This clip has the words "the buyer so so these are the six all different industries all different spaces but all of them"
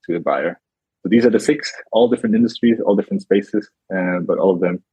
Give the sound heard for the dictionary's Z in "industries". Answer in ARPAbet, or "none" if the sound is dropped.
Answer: Z